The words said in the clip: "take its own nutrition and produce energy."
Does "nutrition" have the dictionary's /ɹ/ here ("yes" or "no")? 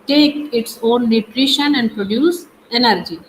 yes